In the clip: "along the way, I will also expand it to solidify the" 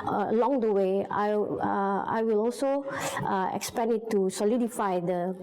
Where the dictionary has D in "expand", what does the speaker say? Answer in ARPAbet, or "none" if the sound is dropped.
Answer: none